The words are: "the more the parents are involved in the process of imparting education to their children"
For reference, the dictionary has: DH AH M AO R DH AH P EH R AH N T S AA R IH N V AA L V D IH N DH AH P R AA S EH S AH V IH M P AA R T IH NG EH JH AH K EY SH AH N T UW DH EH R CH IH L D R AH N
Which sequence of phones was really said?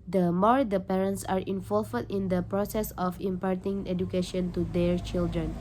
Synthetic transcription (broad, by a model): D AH M AO R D AH P EH R AH N T S AA R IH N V AA L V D IH N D AH P R AA S EH S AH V IH M P AA R T IH NG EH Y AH K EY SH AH N T UW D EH R CH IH L D R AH N